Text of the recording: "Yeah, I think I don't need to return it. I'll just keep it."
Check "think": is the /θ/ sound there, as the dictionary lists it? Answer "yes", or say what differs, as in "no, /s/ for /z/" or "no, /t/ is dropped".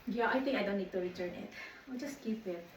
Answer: no, /t/ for /θ/